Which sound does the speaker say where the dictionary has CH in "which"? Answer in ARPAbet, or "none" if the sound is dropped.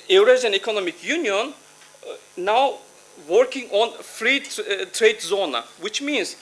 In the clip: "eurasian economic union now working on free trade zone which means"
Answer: CH